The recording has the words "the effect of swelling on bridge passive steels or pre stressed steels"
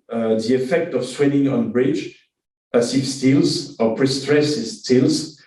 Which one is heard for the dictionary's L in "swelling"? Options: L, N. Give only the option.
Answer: N